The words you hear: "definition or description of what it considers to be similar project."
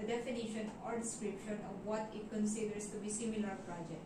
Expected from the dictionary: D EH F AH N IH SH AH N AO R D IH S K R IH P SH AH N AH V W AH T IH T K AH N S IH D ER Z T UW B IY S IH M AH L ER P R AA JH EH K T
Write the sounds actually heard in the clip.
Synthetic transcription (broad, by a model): D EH F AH N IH SH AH N AO R D IH S K R IH P SH AH N AH V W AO T IH T K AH N S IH D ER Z T UW B IY S IH M AH L ER P R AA JH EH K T